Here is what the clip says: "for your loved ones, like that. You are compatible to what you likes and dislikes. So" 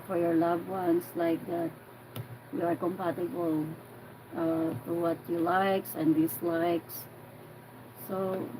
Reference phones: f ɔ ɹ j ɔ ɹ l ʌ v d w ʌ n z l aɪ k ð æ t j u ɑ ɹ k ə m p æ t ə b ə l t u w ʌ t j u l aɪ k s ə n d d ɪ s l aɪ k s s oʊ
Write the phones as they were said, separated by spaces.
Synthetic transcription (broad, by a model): f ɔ ɹ j ɔ ɹ l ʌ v w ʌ n s l aɪ k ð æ t j u ɑ ɹ k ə m p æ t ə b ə l t u w ʌ t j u l aɪ k s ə n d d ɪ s l aɪ k s s oʊ